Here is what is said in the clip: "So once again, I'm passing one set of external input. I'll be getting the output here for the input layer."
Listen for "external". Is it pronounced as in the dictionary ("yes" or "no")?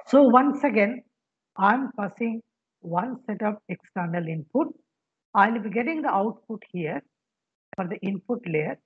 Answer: yes